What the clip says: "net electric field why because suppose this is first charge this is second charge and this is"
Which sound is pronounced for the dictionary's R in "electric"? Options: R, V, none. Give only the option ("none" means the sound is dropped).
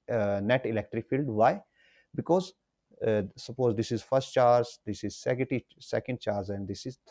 R